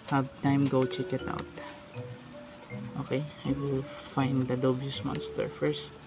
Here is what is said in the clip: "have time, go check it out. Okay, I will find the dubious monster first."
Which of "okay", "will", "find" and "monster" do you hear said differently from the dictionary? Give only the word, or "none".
none